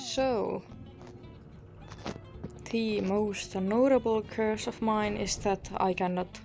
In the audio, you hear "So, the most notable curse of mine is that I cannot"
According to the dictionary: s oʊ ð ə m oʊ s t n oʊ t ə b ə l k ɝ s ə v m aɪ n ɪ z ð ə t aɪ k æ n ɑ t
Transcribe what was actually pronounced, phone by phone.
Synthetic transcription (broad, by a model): s oʊ ð ə m oʊ s t n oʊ t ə b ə l k ɝ s ə v m aɪ n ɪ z ð ə t aɪ k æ n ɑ t